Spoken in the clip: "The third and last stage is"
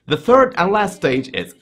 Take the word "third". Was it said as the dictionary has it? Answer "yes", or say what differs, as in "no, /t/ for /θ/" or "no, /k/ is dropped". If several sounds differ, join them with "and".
yes